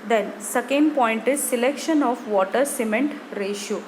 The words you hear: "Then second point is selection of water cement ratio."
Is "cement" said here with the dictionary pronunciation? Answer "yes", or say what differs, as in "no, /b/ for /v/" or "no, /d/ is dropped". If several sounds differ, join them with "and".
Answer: yes